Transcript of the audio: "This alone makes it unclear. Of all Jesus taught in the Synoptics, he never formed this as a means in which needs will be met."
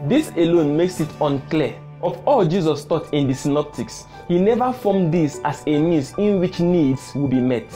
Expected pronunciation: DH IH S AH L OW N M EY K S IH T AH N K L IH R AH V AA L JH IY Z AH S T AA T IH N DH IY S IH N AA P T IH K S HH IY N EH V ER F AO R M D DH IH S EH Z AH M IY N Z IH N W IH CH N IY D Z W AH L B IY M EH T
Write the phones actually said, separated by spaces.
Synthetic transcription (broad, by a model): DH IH S AH L OW N M EY K S IH T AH N K L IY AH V AA L JH IY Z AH S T AA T IH N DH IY S IH N AA P T IH K S HH IY N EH V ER F AO M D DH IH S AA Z AH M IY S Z IH N W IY CH N IY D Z W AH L B IY M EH T